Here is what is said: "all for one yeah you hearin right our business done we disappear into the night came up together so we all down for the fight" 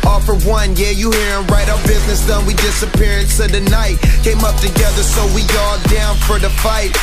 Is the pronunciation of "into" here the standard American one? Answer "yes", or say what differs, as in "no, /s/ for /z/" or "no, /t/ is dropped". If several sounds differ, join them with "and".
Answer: no, /s/ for /t/